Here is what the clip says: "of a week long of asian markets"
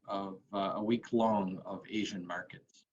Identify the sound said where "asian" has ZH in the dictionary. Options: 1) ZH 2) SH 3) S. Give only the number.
1